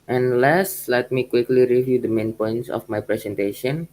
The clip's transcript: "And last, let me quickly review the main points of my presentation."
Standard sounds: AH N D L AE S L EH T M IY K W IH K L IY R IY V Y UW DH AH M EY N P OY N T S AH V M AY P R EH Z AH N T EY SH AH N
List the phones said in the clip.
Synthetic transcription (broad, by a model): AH N L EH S L EH T M IY K W IH K L IY R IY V Y UW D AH M EY N P OY N T S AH F M AY P R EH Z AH N T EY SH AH N